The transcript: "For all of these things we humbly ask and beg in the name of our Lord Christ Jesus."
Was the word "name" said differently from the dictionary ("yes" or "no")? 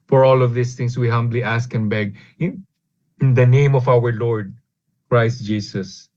no